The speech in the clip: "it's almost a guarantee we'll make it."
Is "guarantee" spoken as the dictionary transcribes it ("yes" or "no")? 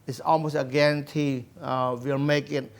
yes